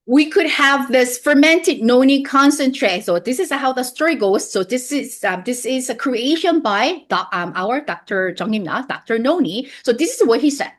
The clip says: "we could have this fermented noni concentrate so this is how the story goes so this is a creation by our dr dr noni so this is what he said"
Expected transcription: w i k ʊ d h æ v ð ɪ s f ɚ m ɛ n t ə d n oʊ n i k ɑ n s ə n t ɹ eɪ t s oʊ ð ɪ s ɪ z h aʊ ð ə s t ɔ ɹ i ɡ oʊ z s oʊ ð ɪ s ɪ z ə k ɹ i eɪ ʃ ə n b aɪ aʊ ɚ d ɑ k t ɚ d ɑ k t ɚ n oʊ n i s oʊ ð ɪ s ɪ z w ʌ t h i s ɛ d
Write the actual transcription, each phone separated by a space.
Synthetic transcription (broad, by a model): w i k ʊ d h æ v ð ɪ s f ɚ m ɛ n t ə d n oʊ n i k ɑ n s ə n t ɹ eɪ t s oʊ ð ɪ s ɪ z h aʊ ð ə s t ɔ ɹ i ɡ oʊ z s oʊ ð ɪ s ɪ z ə k ɹ i eɪ ʃ ə n b aɪ aʊ ɚ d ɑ k t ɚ d ɑ k t ɚ n oʊ n i s oʊ ð ɪ s ɪ z w ʌ t h i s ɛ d